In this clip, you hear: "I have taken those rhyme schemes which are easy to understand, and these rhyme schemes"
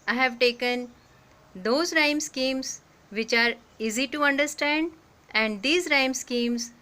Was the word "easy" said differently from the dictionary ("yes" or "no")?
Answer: no